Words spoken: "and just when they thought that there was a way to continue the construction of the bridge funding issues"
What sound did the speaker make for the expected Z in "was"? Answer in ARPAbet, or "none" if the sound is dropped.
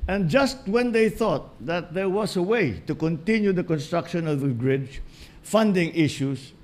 S